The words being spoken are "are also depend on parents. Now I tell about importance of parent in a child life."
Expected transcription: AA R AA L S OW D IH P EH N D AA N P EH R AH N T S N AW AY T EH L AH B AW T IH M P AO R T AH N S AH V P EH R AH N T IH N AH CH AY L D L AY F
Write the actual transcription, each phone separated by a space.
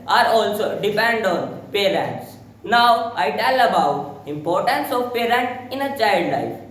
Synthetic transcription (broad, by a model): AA R AA L S OW D IH P EH N D AA N P EH R AH N T S N AW AY T EH L AH B AW T IH M P AO R T AH N S AH V P EH R AH N T IH N AH CH AY L D L AY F